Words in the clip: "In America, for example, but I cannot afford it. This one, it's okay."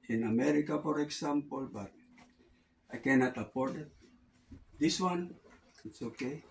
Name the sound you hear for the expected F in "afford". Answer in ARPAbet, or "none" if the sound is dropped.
P